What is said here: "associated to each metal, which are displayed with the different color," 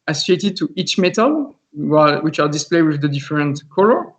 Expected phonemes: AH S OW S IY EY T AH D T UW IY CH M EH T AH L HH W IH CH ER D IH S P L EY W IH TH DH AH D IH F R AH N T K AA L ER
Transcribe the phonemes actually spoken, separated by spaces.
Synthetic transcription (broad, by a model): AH S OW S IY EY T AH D T UW IY CH M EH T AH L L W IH CH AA D IH S P L EY W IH DH AH D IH F R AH N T K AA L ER